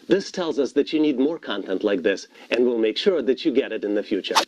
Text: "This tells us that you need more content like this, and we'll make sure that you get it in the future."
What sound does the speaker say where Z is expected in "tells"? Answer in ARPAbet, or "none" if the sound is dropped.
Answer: Z